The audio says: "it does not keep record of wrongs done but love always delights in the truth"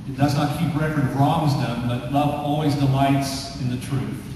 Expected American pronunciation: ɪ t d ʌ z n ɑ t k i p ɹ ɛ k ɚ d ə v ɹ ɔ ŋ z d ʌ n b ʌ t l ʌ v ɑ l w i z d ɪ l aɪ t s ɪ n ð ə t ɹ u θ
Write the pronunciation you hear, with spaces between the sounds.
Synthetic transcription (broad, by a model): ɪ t d ʌ z n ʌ t k i p ɹ ɛ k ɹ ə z ɹ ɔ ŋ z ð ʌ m b ʌ t l ʌ v ɑ l w i z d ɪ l aɪ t s ɪ n ð ə t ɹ u θ